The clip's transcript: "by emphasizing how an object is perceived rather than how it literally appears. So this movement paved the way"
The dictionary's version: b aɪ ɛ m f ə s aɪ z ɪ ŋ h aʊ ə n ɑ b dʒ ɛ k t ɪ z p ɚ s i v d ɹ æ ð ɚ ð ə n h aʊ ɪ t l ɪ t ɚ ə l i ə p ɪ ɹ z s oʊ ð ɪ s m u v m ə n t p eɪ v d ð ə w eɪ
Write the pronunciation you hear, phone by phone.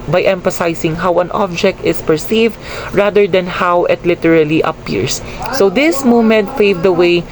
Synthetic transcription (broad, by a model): b aɪ ɛ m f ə s aɪ s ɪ ŋ h aʊ ə n ɑ b dʒ ɛ k t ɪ s p ɚ s i v d ɹ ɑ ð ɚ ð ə n h aʊ ɪ t l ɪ t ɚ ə l i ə p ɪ ɹ s oʊ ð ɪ s m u m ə n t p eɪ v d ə w eɪ